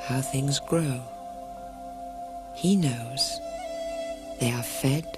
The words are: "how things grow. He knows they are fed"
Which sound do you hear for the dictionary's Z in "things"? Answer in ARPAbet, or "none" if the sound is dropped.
Z